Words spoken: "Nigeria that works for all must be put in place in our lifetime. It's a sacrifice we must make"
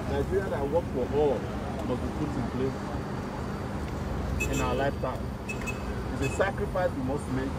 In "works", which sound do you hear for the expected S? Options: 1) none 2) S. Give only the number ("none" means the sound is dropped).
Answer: 1